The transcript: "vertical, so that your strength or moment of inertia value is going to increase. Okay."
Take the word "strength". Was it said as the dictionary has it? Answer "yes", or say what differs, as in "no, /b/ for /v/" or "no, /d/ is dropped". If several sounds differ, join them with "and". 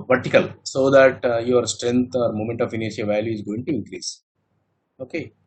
no, /t/ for /θ/